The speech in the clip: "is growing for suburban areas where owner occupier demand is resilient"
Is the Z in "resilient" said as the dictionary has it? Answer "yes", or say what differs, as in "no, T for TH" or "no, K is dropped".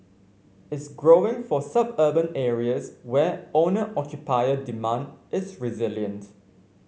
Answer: yes